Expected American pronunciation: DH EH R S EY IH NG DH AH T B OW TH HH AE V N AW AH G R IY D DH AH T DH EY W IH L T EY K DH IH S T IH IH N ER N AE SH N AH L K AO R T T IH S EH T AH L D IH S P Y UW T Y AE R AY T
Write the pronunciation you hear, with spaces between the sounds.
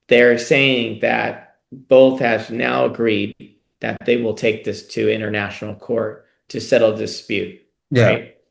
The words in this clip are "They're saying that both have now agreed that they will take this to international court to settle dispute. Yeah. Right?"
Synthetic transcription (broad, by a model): DH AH R S EY IH NG DH AH T B OW TH HH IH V N AW AH G R IY D DH AH T DH EY W IH L T EY K DH IH S T IH IH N ER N AE SH N L K AO R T T IH S EH T L D IH S P Y UW T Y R AY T